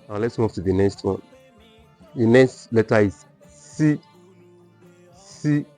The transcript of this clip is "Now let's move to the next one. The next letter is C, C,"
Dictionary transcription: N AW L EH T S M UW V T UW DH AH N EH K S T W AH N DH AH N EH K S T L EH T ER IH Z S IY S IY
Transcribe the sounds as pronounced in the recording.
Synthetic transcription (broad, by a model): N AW L EH T S M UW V T UW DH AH N EH K S T W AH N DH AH N EH K S T L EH T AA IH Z S IY S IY